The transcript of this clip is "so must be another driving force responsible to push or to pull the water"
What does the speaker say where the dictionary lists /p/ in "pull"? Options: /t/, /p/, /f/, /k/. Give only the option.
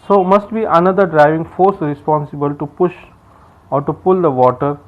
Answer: /p/